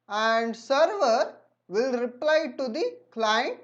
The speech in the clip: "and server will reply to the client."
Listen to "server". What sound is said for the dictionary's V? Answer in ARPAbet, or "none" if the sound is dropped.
V